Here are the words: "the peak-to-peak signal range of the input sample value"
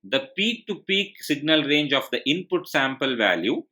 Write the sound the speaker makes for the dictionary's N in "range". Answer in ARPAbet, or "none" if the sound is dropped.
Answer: N